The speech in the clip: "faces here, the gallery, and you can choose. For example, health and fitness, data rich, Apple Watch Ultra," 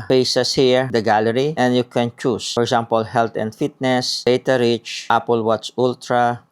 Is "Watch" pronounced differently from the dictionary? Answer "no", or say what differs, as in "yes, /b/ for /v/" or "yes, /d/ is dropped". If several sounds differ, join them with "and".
yes, /s/ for /tʃ/